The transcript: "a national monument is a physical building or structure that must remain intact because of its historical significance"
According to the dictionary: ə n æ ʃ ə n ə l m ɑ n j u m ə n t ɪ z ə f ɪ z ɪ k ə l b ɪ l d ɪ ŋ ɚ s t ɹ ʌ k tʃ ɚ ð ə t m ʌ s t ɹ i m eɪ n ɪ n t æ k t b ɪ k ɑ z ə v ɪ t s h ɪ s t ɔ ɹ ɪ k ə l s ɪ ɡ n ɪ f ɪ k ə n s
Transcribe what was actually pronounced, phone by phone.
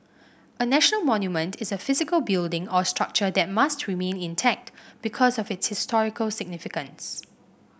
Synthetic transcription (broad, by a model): ə n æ ʃ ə n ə l m ɑ n j u m ə n t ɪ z ə f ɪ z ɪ k ə l b ɪ l d ɪ ŋ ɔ s t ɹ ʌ k tʃ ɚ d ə t m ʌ s t ɹ i m eɪ n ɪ n t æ k t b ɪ k ɑ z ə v ɪ t s h ɪ s t ɔ ɹ ɪ k ə l s ɪ ɡ n ɪ f ɪ k ə n s